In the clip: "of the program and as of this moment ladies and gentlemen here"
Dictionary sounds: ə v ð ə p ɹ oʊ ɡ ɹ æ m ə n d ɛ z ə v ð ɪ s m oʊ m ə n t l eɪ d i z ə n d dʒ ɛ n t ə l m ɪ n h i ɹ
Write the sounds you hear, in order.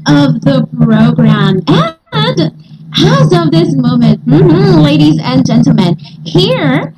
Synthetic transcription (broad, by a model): ə v ð ə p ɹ oʊ ɡ ɹ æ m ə n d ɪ z ə v ð ɪ s m oʊ m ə n t l eɪ d i z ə n dʒ ɛ n t l m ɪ n h i ɹ